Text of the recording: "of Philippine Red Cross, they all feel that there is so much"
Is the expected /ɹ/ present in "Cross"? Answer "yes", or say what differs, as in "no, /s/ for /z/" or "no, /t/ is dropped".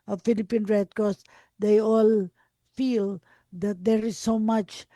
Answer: no, /ɹ/ is dropped